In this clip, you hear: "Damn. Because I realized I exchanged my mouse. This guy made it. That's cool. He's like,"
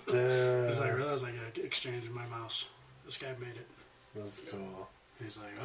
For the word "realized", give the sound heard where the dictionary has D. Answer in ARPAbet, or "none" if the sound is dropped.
none